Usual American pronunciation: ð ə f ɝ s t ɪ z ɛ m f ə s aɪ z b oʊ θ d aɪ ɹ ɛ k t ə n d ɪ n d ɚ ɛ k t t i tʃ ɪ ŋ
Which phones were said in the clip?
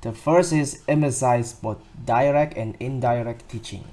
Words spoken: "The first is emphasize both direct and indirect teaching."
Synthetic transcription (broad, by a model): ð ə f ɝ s ɪ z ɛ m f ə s aɪ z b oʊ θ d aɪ ɹ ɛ k t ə n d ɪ n d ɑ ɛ k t t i tʃ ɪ ŋ